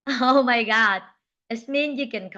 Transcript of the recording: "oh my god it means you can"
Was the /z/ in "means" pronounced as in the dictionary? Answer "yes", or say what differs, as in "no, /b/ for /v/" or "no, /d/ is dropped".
no, /z/ is dropped